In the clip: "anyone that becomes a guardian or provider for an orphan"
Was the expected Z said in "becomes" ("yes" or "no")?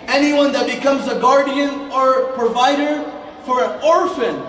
yes